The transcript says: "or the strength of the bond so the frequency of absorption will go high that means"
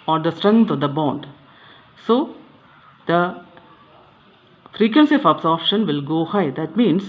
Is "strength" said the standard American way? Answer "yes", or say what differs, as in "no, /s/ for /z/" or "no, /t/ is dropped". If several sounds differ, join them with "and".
no, /t/ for /θ/